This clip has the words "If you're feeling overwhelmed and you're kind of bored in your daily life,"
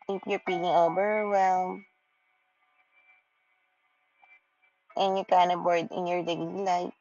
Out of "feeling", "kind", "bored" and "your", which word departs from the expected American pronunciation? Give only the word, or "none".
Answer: feeling